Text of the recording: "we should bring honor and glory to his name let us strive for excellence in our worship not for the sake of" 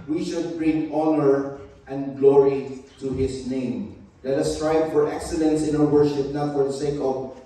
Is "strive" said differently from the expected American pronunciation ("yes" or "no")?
yes